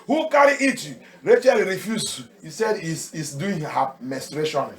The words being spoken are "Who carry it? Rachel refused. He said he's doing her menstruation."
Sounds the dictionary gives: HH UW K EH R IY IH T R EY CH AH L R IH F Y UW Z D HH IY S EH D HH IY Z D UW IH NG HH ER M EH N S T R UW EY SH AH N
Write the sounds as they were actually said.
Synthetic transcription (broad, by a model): HH UW K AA R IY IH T R EY CH AH L R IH F Y UW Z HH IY S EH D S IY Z D UW IH NG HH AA M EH S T R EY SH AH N